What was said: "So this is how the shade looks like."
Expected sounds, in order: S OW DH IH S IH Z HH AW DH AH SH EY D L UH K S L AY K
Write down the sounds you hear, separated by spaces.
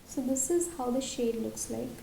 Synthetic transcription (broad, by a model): S OW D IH S IH Z HH AW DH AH SH EY D L UH K S L AY K